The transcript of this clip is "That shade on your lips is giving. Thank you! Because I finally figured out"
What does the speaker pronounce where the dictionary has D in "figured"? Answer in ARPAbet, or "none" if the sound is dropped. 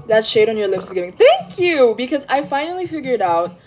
D